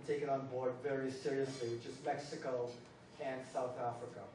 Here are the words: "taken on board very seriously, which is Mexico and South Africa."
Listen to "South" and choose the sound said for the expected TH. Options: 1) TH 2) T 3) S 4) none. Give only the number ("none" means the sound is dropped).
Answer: 1